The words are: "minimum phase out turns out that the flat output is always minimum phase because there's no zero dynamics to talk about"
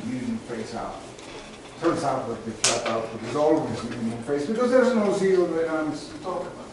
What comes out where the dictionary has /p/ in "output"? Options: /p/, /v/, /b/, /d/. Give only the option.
/b/